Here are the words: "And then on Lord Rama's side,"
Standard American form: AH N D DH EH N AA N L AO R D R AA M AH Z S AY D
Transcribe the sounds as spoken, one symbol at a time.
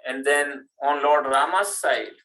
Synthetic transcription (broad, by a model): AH N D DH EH N AA N L AO R D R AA M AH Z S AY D